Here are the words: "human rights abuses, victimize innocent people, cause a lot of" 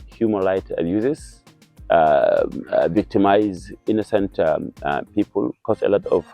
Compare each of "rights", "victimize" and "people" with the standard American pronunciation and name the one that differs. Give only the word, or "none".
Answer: rights